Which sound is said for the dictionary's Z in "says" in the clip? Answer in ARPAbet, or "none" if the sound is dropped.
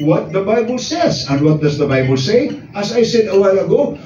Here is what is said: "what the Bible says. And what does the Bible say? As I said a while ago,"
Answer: Z